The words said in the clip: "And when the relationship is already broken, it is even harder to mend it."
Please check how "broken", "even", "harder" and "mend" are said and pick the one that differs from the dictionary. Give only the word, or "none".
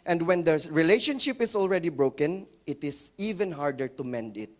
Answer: none